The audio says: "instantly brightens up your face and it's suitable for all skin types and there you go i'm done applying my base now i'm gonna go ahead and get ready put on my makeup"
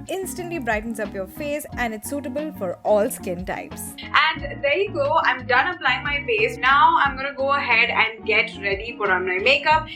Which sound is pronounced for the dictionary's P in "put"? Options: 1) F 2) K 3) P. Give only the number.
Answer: 1